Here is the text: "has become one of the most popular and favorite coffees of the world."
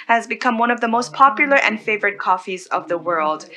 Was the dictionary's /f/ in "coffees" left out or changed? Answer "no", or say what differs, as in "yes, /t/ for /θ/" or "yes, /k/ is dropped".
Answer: no